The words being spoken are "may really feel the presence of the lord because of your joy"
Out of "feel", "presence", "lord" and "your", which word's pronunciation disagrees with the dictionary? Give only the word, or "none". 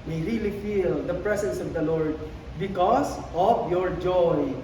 presence